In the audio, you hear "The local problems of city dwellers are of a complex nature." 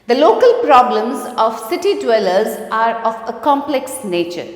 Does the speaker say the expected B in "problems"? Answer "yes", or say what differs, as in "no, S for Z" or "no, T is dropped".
yes